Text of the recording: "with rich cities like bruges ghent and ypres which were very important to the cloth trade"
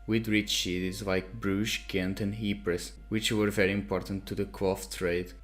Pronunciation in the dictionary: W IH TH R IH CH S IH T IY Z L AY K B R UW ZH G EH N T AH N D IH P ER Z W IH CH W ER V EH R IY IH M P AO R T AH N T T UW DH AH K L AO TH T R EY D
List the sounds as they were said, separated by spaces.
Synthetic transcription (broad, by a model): W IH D R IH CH SH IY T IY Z L AY K B R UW SH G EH N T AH N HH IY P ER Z W IH CH W ER V EH R IY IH M P AO R T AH N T T UW DH AH K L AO F T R EY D